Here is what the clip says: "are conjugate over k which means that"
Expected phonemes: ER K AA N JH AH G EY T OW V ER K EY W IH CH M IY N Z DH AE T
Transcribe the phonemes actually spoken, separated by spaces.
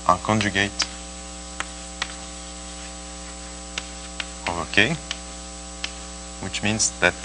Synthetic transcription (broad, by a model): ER K AA N JH AH G EY T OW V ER K EY W IH CH M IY N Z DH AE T